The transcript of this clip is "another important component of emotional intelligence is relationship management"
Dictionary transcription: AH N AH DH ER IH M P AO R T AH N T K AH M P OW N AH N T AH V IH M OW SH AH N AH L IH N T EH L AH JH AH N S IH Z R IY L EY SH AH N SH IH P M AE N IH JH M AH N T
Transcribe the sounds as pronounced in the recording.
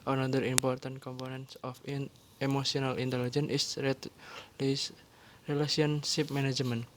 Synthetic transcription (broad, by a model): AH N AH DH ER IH M P AO R T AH N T K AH M P OW N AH N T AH F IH M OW S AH N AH L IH N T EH L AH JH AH N IH S R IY L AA S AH N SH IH P M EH N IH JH M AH N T